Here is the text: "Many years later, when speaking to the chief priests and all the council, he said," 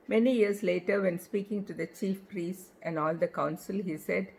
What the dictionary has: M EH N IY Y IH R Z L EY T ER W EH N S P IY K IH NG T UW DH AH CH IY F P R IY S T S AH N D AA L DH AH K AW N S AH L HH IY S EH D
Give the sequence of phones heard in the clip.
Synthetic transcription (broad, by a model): M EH N IY Y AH R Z L EY T ER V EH N S P IY K IH NG T UW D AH CH IY F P R IY S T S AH N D AA L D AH K AW N S AH L HH IY S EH D